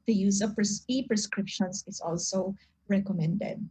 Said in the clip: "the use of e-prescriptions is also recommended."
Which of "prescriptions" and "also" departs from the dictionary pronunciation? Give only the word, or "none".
prescriptions